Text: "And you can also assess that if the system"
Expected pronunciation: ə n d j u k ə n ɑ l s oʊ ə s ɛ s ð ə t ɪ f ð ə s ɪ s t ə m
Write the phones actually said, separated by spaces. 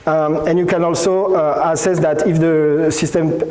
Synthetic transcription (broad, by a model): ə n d j u k ə n ɑ l s oʊ ə s ɛ s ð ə t ɪ f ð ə s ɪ s t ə m